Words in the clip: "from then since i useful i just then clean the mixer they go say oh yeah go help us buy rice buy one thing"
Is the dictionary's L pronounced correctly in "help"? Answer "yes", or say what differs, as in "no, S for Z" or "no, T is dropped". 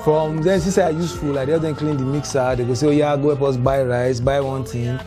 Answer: no, L is dropped